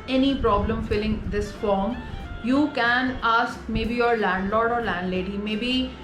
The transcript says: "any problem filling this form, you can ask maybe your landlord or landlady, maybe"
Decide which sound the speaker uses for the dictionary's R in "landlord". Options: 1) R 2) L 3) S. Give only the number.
1